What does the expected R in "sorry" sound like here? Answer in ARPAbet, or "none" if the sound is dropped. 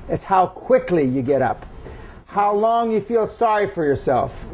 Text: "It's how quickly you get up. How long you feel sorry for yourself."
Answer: R